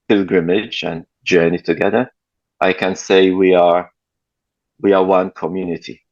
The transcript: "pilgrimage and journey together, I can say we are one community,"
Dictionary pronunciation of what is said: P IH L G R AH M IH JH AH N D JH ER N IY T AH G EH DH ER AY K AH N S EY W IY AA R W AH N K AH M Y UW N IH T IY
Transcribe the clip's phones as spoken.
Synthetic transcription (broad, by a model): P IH L G R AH M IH JH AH N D JH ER N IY T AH G EH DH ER AY K AH N S EY W IY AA W W AH N K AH M Y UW N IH T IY